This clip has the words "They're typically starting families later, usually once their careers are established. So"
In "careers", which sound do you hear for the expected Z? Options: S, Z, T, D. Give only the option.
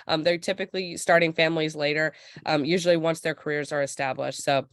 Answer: Z